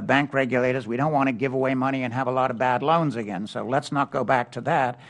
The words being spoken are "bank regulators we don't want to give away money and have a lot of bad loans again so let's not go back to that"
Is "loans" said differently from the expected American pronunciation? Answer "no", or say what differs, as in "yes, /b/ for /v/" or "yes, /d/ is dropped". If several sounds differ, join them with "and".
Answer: no